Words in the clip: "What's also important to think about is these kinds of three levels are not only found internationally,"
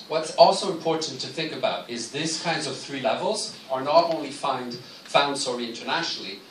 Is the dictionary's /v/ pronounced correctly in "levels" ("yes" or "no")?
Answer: yes